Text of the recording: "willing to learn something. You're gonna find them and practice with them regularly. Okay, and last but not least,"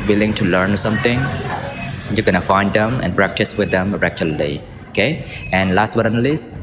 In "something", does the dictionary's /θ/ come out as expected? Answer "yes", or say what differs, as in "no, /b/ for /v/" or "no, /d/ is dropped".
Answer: no, /t/ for /θ/